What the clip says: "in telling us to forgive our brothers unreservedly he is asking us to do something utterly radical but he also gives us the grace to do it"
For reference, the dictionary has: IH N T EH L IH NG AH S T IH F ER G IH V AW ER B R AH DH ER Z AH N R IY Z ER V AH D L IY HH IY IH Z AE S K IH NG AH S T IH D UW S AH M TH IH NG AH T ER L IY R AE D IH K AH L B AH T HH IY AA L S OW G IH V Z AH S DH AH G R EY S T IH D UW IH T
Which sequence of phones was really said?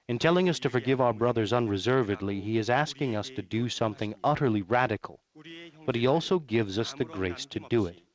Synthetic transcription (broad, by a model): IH N T EH L IH NG AH S T IH F ER G IH V AW ER B R AH DH ER Z AH N R IY Z ER V AH D L IY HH IY IH Z AE S K IH NG AH S T IH D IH S AH M TH IH NG AH T ER L IY R AE D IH K L B AH T HH IY AA L S OW G IH V Z AH S DH AH G R EY S T IH D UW IH T